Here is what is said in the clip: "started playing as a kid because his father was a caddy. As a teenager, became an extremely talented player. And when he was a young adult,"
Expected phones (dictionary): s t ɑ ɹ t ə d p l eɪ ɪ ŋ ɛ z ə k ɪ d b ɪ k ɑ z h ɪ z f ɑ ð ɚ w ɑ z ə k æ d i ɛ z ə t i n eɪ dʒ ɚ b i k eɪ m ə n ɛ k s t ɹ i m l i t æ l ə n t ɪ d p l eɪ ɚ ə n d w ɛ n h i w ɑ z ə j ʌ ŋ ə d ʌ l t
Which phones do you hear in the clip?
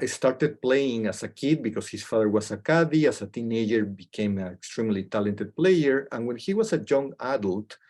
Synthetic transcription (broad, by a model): s t ɑ ɹ t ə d p l eɪ ɪ ŋ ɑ s ə k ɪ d b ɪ k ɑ s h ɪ s f ɑ ð ɚ w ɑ s ə k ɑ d i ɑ s ə t i n eɪ dʒ ɚ b i k eɪ m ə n ɛ k s t ɹ i m l i t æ l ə n t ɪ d p l eɪ ɚ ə n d w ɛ n h i w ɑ s ə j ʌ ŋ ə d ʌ l t